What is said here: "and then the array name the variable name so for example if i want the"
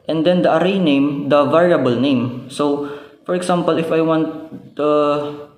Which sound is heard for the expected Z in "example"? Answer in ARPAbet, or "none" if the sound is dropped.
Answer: S